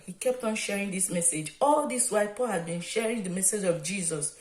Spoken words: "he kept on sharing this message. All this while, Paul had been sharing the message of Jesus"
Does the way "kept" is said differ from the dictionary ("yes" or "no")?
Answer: no